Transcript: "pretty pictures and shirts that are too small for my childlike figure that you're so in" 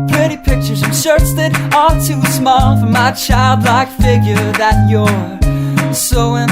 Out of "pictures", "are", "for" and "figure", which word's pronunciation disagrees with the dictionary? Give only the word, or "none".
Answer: are